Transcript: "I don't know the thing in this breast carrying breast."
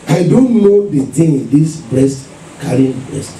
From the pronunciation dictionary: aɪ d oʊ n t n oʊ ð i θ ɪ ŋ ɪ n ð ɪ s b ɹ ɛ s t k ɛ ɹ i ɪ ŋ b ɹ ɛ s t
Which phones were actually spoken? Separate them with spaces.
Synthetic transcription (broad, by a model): aɪ d oʊ n t n oʊ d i t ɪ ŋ ɪ n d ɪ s b ɹ ɛ s t k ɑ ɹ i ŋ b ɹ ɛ s t